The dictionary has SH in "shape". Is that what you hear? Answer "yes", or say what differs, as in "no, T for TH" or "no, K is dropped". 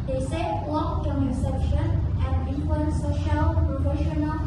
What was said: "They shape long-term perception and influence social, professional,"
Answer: no, S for SH